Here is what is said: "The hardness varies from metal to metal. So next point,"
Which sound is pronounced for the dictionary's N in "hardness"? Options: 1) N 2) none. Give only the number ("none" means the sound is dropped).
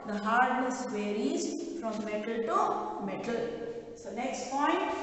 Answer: 2